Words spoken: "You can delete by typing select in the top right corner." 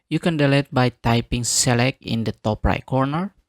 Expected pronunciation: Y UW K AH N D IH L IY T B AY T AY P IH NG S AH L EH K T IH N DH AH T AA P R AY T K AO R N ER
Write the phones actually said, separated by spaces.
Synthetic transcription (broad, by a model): Y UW K AH N D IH L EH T B AY T AY P IH NG S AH L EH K IH N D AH T AA P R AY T K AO R N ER